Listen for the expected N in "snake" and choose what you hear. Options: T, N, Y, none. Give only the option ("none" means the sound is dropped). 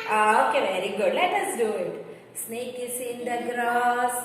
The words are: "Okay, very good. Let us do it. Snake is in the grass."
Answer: N